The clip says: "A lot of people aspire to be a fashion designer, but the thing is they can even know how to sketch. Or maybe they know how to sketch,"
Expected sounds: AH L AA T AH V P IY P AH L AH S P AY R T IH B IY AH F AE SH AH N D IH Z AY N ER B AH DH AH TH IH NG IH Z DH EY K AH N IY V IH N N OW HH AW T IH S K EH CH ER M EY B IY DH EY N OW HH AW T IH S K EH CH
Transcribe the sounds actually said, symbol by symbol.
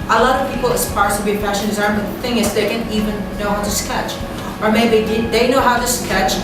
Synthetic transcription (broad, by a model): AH L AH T AH V P IY P L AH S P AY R T IH B IY AH P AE SH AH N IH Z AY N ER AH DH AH TH IH NG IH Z DH EY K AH N IY V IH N N OW HH AW T IH S K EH CH ER M EY B IY DH EY N OW HH AW T IH S K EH CH